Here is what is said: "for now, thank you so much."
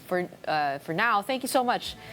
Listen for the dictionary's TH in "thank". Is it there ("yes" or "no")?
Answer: yes